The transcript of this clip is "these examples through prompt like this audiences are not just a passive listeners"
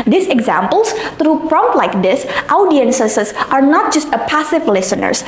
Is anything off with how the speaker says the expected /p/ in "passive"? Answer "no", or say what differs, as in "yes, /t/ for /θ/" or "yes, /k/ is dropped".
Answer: no